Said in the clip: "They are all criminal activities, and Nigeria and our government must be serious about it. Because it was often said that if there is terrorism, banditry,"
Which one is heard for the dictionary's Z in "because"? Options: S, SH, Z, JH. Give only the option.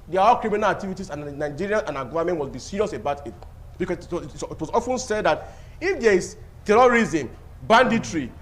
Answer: S